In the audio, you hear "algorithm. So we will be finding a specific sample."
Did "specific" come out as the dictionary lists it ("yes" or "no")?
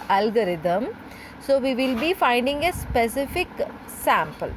yes